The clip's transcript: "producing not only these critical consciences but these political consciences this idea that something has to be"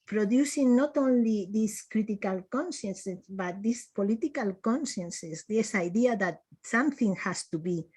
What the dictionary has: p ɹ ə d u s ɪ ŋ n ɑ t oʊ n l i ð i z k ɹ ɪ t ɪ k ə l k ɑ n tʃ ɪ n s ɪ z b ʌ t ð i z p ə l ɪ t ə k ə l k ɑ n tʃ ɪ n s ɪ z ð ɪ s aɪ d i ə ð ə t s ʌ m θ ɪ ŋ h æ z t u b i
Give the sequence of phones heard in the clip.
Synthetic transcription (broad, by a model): p ɹ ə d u s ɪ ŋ n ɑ t oʊ n l i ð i s k ɹ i t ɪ k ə l k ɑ n ʃ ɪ n s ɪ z b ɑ t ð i s p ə l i t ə k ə l k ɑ n ʃ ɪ n s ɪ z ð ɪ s aɪ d i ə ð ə t s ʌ m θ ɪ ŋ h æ s t u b i